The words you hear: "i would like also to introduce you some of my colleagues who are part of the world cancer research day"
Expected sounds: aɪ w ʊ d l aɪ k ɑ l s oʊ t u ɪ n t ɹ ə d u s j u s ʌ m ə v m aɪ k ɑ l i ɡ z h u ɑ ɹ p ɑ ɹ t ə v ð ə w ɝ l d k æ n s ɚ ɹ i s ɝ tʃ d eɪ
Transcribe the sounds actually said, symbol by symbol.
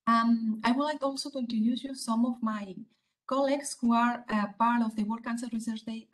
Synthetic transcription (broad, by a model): aɪ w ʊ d l aɪ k ɑ l s oʊ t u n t ə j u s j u s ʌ m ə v m aɪ k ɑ l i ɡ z h u ɑ ɹ p ɑ ɹ t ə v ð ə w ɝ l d k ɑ n s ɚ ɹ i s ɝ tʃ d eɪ